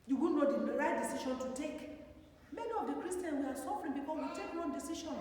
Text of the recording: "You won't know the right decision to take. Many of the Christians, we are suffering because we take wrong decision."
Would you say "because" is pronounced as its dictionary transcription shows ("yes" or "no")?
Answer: no